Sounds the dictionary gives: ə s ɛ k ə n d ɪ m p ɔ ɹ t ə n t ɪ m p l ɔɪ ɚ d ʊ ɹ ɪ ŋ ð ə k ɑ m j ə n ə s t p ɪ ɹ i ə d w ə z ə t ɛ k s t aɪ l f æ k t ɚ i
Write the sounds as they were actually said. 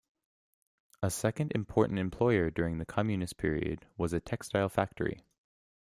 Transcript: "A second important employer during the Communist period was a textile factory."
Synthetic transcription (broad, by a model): ə s ɛ k ə n d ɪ m p ɔ ɹ t n t ɪ m p l ɔɪ ɚ d ʊ ɹ ɪ ŋ ð ə k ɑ m j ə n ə s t p ɪ ɹ i ə d w ə z ə t ɛ k s t aɪ l f æ k t ɚ i